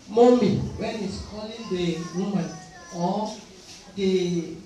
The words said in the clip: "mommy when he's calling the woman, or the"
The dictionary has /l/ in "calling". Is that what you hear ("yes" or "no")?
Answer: yes